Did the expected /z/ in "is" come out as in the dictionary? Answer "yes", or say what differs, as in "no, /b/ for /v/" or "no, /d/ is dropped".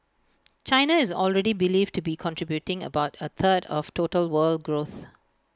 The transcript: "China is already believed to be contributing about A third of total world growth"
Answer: yes